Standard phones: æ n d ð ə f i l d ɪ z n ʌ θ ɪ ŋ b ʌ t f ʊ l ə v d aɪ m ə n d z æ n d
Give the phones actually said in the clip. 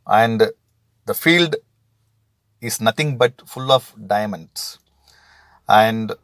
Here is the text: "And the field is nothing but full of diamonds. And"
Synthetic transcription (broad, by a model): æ n d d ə f i l d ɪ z n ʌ t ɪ ŋ b ʌ t f ʊ l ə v d aɪ m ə n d s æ n d